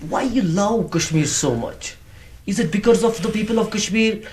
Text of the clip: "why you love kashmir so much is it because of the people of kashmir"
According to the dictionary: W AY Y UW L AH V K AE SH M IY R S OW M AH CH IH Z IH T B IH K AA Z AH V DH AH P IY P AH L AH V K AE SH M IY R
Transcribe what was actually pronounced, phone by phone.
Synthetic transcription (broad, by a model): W AY Y UW L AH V K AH SH M IY R S OW M AH CH IH Z IH T B IH K AA Z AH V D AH P IY P AH L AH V K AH SH M IY R